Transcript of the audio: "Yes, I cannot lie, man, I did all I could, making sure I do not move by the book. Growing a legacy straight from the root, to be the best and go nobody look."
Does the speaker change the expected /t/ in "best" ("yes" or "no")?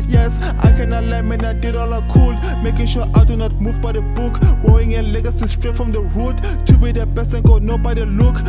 yes